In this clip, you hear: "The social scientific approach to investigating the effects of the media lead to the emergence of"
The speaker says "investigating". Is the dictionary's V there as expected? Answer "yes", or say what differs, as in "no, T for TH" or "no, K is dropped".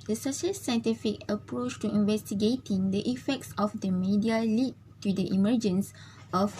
yes